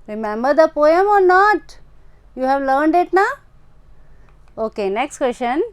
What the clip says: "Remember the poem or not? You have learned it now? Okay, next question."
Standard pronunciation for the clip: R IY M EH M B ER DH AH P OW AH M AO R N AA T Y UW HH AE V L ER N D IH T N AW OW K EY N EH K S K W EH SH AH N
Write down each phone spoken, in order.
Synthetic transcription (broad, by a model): R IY M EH M B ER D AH P OW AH M AO R N AA T Y UW HH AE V L ER N D IH T N AW OW K EY N EH K S K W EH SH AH N